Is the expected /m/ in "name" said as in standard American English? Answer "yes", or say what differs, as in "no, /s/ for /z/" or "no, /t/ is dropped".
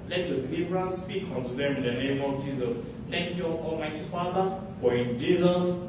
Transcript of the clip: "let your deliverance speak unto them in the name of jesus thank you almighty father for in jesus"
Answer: yes